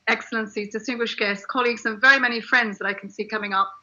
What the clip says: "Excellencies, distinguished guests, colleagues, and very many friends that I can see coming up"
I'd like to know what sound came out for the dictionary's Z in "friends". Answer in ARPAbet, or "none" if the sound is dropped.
Z